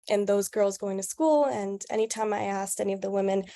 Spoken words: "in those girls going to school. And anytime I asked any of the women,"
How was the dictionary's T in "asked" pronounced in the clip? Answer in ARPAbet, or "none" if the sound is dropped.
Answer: T